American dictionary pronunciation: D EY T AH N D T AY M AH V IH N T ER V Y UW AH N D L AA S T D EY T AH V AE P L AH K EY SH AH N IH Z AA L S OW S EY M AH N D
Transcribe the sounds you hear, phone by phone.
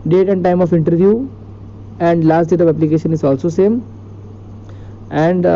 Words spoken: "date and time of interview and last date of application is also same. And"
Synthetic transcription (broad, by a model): D EY T AH N D T AY M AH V IH N T ER V Y UW AH N D L AA S T D EY T AH V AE P L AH K EY SH AH N IH Z AA L S OW S EY M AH N D